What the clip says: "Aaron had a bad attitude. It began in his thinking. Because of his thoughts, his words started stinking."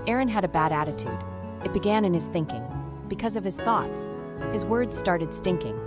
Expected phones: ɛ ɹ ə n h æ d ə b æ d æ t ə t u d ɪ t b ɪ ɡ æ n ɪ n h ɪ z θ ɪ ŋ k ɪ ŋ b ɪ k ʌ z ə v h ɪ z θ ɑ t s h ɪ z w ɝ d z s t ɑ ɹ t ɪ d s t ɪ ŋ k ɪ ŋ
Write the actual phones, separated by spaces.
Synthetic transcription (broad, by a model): ɛ ɹ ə n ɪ d ə b æ d æ t ə t u d ɪ t b ɪ ɡ æ n ɪ n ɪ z θ ɪ ŋ k ɪ ŋ b ɪ k ʌ z ə v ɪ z θ ɑ t s h ɪ z w ɝ d z s t ɑ ɹ t ɪ d s t ɪ ŋ k ɪ ŋ